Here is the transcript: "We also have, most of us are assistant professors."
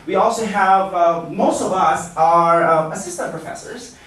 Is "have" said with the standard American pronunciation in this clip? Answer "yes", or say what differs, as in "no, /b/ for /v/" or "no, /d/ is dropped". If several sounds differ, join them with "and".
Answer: yes